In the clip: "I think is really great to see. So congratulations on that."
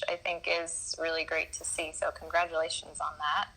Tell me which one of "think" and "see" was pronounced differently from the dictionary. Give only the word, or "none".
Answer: none